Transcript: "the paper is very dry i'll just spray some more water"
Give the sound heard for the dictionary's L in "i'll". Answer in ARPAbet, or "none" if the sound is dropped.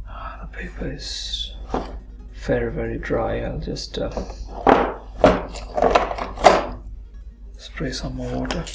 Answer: L